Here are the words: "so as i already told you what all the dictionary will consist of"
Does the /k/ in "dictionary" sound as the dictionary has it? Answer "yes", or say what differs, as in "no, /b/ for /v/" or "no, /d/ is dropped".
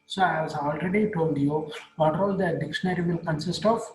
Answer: yes